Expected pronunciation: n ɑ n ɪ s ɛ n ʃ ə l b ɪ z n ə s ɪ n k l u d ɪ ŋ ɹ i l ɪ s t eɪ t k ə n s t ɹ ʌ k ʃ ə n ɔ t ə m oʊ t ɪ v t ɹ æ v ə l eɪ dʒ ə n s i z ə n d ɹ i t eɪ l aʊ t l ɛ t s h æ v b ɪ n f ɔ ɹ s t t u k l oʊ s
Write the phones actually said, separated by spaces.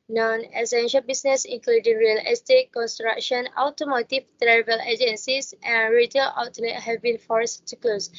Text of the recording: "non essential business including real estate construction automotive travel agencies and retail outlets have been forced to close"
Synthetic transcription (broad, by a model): n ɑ n ɪ s ɛ n ʃ ə l b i s n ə s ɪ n k l u d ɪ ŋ ɹ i l ɪ s t eɪ t k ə n s t ɹ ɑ k ʃ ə n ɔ t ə m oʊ t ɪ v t ɹ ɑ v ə l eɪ dʒ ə n s i s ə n ɹ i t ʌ l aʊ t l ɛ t h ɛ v b ɪ n f ɔ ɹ s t t u k l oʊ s